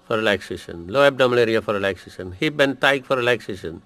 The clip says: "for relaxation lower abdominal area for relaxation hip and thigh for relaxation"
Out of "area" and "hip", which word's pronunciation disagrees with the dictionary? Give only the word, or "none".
hip